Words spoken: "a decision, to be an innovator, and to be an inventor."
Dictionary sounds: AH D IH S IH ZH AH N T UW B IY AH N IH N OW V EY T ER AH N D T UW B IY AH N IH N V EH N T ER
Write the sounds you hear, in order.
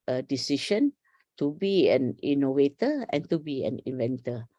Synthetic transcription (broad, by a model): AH D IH S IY SH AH N T UW B IY AH N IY N OW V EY T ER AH N T UW B IY AH N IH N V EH N T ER